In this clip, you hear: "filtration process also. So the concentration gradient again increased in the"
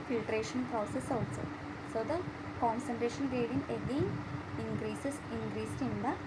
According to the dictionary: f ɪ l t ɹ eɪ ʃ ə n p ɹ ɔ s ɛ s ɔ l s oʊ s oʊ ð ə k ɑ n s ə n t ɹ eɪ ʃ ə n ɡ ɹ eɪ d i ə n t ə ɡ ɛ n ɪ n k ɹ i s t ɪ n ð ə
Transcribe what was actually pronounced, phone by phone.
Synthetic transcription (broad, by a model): f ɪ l t ɹ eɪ ʃ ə n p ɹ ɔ s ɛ s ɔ s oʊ s oʊ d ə k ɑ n s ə n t ɹ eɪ ʃ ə n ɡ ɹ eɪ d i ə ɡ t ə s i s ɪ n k ɹ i s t ɪ n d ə